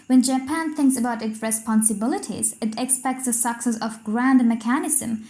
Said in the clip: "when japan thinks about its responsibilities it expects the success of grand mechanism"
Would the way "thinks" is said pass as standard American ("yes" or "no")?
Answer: yes